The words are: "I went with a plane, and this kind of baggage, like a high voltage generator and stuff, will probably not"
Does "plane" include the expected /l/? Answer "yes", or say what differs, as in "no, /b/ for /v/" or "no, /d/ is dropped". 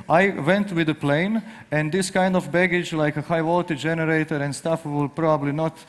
yes